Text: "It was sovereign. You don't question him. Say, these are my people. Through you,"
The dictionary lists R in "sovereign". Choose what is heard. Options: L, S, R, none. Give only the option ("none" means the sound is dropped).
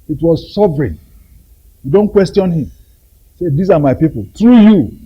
R